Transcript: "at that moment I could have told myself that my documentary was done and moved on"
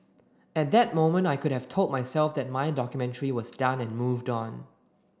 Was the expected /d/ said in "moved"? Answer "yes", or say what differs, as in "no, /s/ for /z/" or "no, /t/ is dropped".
yes